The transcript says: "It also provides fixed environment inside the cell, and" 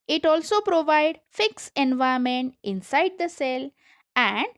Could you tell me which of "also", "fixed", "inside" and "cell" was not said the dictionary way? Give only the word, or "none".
fixed